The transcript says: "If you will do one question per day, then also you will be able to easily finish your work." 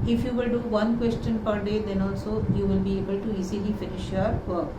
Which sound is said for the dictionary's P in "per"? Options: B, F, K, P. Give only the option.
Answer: P